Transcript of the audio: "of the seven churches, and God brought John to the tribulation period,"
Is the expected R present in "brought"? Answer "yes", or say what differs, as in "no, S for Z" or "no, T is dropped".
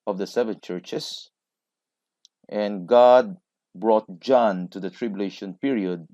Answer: yes